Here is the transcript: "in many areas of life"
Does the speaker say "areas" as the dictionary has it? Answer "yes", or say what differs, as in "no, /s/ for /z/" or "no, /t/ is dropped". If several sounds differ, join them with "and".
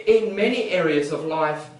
yes